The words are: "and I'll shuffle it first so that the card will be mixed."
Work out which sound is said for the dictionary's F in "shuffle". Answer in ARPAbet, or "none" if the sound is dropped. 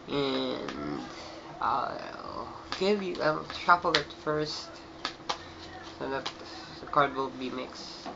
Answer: P